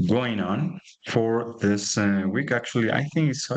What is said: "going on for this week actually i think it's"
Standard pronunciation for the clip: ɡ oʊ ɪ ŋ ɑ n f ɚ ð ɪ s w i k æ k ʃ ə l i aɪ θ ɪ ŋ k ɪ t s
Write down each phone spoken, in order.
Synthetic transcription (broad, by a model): ɡ oʊ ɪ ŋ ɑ n f ɚ ð ɪ s w i k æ k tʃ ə l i aɪ θ ɪ ŋ k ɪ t s